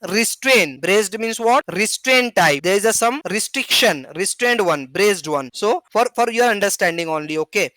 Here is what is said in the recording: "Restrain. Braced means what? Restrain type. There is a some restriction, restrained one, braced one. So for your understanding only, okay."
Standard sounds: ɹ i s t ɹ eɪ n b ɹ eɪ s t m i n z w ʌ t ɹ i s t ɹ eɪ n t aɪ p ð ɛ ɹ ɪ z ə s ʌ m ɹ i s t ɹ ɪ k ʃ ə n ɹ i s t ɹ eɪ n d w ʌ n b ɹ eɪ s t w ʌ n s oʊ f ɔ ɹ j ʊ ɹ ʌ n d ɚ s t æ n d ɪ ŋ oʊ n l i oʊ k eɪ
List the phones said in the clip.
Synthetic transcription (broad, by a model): ɹ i s t ɹ eɪ n b ɹ eɪ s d m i n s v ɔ t ɹ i s t ɹ eɪ n t aɪ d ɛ ɹ ɪ z ə s ʌ m ɹ i s t ɹ ɪ k ʃ ə n ɹ i s t ɹ eɪ n d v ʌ n b ɹ eɪ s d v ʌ n s oʊ f ɔ ɹ j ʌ ɹ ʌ n d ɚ s t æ n d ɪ ŋ oʊ n l i oʊ k eɪ